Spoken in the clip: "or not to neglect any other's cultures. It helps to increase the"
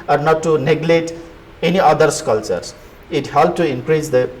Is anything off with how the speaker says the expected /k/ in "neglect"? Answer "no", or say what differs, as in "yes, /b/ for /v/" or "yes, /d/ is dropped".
yes, /k/ is dropped